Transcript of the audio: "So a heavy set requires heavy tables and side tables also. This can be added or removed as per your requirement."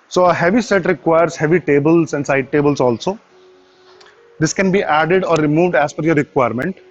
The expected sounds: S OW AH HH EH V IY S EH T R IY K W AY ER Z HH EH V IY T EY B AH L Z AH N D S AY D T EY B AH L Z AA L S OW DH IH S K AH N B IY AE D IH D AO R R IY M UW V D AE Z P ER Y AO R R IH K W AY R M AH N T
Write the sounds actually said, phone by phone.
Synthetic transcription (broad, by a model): S OW AH HH EH V IY S EH T R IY K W AY ER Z HH EH V IY T EY B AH L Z AH N D S AY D T EY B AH L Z AA L S OW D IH S K AH N B IY AE D IH D AO R R IY M UW V D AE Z F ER Y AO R R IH K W AY R M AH N T